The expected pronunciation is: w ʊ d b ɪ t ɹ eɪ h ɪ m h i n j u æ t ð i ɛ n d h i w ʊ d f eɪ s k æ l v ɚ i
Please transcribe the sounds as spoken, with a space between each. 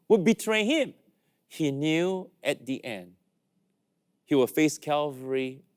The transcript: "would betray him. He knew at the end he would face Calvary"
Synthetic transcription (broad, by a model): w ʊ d b ɪ t ɹ eɪ h ɪ m h i n j u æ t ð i ɛ n d h i w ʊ f eɪ s k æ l v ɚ i